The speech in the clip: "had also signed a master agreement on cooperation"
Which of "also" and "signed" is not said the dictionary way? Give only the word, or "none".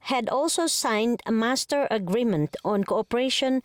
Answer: none